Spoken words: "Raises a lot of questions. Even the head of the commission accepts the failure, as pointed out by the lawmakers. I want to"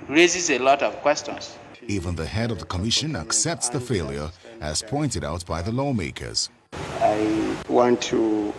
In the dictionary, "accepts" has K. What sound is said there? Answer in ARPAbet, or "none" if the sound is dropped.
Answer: K